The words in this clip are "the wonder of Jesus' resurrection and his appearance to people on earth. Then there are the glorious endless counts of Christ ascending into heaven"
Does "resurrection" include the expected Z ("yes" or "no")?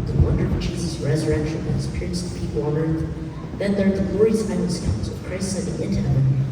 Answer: yes